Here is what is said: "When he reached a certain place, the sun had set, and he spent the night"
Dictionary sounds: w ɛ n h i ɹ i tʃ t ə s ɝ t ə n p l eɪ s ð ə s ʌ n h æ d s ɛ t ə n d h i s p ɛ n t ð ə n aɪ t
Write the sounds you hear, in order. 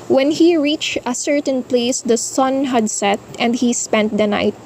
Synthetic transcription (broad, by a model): w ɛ n h i ɹ i tʃ t ə s ɝ t ə n p l eɪ s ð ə s ʌ n h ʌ d s ɛ t ə n d h i s p ɛ n t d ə n aɪ t